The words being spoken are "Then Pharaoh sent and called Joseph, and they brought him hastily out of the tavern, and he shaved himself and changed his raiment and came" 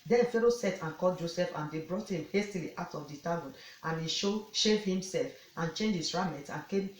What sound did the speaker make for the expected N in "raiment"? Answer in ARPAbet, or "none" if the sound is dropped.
none